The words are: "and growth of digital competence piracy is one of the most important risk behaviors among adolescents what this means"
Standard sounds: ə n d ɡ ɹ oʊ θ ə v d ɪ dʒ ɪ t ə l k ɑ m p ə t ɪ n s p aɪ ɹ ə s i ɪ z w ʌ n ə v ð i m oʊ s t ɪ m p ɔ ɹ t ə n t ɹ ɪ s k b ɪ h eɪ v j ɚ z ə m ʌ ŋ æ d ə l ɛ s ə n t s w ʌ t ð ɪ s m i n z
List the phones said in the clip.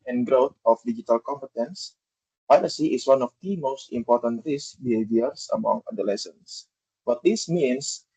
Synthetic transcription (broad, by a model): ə n ɡ ɹ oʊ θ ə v d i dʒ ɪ t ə l k ɑ m p ə t ɪ n s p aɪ l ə s i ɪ s w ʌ n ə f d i m oʊ s t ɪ m p ɔ ɹ t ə n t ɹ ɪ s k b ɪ h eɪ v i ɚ s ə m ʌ ŋ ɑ d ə l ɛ s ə n s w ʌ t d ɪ s m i n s